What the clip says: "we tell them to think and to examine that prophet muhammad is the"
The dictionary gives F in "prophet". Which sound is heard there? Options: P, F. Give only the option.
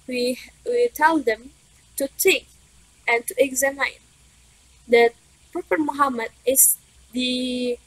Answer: P